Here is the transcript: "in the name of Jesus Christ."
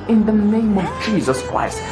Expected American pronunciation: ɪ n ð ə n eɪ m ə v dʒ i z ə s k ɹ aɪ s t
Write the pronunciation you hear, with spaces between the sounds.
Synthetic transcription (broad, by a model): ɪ n ð ə n eɪ m ə v dʒ i z ə s k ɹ aɪ s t